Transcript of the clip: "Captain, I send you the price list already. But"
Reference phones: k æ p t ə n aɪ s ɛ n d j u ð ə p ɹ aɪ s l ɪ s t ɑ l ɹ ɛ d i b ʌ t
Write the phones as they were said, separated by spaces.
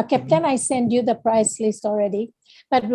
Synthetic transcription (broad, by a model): k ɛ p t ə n aɪ s ɛ n d j u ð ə p ɹ aɪ s l ɪ s t ɑ l ɹ ɛ d i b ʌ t